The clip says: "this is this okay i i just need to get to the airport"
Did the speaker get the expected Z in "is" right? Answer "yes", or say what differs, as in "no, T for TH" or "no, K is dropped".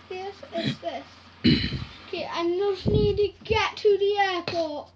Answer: no, S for Z